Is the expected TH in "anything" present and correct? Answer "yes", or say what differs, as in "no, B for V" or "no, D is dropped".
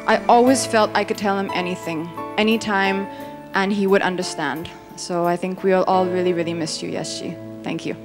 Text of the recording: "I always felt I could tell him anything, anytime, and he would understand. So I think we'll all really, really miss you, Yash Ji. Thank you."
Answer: yes